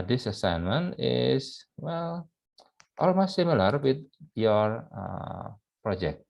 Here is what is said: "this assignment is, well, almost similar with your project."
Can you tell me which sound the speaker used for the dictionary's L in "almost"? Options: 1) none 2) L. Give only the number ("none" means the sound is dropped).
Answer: 2